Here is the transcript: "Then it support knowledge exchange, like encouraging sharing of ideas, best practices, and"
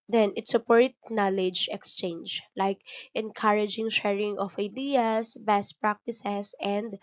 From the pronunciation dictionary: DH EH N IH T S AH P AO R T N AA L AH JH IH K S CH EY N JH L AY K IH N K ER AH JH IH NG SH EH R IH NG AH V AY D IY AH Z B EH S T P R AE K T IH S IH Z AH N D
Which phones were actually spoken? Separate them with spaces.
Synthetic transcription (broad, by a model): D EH N IH T S AH P AO R T N AA L AH JH IH K S CH EY N JH L AY K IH N K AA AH JH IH NG SH EH R IH NG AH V AY D IY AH S B EH S T P R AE K T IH S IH S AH N D